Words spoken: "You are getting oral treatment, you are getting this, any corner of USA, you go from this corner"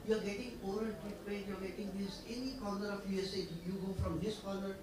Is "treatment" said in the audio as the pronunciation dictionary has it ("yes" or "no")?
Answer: no